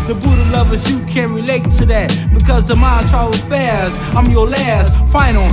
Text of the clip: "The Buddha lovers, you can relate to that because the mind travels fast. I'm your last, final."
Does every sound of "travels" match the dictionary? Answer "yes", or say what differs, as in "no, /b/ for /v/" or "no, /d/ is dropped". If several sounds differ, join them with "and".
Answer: no, /v/ is dropped